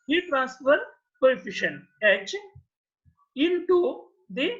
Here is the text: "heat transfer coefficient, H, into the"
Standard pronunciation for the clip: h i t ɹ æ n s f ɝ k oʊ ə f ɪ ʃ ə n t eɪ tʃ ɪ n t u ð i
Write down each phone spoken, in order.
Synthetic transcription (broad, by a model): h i t ɹ æ n s f ɝ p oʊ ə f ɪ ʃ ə n eɪ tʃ ɪ n t u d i